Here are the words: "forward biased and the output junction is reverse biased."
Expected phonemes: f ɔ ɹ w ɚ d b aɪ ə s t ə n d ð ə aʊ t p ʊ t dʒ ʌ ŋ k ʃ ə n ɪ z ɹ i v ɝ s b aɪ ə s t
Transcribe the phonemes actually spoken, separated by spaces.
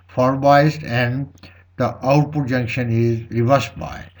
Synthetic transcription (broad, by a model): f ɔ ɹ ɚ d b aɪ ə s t ə n d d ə aʊ t p ʊ t dʒ ʌ ŋ k ʃ ə n ɪ z ɹ i v ɝ s b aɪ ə